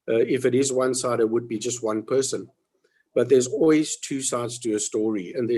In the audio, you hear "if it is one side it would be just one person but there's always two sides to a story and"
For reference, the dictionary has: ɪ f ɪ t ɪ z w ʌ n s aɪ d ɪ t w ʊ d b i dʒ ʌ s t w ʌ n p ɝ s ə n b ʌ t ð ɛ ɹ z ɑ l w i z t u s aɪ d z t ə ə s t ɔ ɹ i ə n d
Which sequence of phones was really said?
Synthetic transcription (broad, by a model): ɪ f ɪ t ɪ z w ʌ n s aɪ d ɪ t w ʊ d b i dʒ ʌ s t w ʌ n p ɝ s ə n b ʌ t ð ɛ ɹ z ɑ l w i z t u s aɪ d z t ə ə s t ɔ ɹ i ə n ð